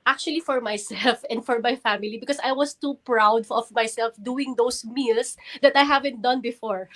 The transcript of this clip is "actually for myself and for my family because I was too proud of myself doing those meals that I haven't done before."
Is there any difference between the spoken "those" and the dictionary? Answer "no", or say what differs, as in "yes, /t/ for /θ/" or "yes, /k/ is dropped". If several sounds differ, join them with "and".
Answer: yes, /s/ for /z/